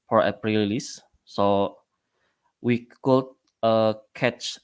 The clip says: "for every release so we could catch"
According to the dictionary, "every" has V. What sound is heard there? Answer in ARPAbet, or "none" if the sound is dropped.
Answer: P